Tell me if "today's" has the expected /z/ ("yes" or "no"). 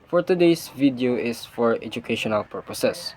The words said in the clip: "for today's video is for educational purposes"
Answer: no